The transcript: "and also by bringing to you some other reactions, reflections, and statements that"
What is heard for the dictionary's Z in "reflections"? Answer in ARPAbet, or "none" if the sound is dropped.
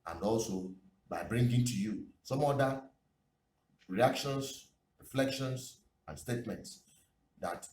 S